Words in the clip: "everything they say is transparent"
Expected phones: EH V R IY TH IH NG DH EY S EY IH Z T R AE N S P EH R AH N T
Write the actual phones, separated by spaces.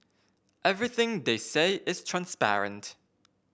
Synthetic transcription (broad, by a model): EH V R IY TH IH NG DH EY S EY IH Z T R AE N S P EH R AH N T